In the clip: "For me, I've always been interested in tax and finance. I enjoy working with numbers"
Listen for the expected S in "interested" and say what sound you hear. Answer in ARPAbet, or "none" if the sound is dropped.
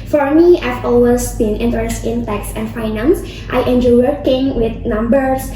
none